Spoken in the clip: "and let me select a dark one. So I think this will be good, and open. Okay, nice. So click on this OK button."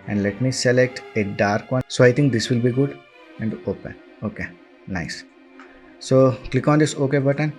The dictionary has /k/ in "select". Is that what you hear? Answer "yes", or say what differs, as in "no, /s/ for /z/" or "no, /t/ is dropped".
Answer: yes